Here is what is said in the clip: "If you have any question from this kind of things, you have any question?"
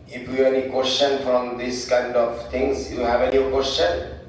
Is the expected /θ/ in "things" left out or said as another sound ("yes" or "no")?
yes